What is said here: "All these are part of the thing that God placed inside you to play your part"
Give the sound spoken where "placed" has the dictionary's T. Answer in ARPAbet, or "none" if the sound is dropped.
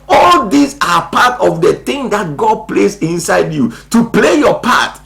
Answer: none